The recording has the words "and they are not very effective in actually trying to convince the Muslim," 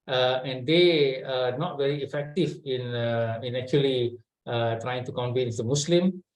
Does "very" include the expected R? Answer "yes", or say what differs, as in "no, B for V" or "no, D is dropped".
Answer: yes